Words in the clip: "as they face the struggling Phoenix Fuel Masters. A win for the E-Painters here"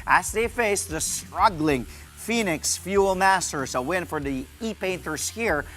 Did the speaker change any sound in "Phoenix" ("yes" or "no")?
no